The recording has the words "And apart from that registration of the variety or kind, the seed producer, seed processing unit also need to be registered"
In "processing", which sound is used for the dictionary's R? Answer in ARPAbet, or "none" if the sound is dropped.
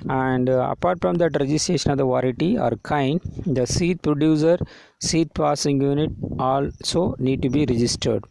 none